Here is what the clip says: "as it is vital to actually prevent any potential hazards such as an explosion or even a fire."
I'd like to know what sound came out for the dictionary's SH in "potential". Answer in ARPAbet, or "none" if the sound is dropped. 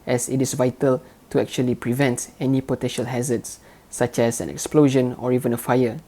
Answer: SH